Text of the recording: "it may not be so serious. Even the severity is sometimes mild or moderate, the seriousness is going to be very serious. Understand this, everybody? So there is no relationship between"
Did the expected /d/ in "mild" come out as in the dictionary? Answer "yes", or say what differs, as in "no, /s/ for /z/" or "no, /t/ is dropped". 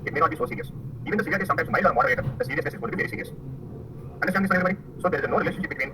no, /d/ is dropped